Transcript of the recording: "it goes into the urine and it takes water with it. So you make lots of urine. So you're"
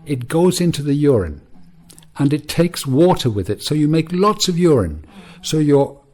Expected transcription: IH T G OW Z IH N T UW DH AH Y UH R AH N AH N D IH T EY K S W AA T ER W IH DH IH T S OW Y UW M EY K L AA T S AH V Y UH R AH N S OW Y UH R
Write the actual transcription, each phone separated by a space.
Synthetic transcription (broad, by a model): IH T G OW Z IH N T UW DH AH Y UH R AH N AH N IH T EY K S W AA T ER W IH DH IH T S OW Y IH M EY K L AA T S AH V Y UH R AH N S OW Y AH R